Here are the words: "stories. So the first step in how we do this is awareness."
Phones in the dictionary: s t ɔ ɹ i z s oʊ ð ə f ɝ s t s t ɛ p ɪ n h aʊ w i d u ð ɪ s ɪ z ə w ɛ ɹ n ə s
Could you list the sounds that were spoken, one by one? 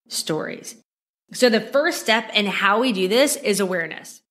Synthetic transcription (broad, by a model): s t ɔ ɹ i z s oʊ ð ə f ɝ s s t ɛ p ɪ n h aʊ w i d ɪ ð ɪ s ɪ z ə w ɛ ɹ n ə s